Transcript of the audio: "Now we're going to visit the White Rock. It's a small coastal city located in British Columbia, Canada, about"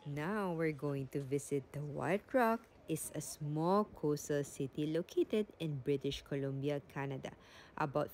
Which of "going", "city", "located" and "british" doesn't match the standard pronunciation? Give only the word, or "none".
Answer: none